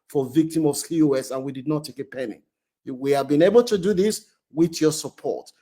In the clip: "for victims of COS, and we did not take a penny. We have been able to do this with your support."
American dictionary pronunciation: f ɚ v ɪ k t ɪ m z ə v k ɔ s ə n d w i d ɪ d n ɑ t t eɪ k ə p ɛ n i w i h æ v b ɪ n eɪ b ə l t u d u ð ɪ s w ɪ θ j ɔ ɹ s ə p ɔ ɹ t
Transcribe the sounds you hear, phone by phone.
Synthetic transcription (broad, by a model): f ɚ v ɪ k t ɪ m ə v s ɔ s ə n w i d ɪ d n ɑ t t eɪ k ə p ɛ n i w i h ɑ v b ɪ n eɪ b ə l t u d u ð ɪ s w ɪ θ j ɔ s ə p ɔ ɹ t